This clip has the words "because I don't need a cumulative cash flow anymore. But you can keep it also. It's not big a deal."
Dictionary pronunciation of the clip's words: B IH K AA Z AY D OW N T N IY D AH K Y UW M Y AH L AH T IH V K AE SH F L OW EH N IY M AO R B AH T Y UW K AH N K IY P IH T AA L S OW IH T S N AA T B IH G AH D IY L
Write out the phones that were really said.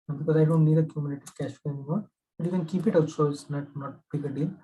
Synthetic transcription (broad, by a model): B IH K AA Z AY D OW N T N IY D AH K Y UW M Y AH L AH T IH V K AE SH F OW EH N IY M AO R B AH T Y UW K AH N K IY P IH T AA S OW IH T N AA T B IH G AH D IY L